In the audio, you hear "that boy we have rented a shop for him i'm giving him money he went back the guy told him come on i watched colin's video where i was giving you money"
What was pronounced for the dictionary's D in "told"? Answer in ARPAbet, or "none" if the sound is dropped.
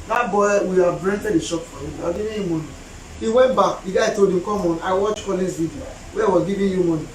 D